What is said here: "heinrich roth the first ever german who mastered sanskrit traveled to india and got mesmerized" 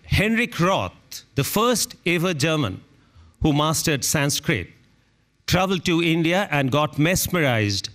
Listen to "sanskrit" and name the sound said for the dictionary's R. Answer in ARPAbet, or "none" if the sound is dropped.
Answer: R